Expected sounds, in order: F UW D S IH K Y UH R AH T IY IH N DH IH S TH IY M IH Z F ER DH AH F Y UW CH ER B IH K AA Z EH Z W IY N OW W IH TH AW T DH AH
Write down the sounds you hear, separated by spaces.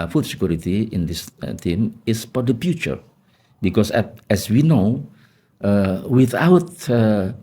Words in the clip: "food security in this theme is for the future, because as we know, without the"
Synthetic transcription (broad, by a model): F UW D S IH K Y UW R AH T IY IH N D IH S T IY M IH S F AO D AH F Y UW CH ER B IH K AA S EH S W IY N OW W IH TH AW T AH